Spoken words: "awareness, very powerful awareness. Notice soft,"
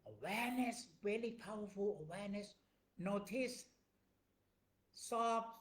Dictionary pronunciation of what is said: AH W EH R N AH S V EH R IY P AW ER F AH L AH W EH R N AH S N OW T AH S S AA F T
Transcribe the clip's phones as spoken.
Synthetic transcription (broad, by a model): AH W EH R N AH S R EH L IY P AW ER F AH L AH W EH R N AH S N OW T AH S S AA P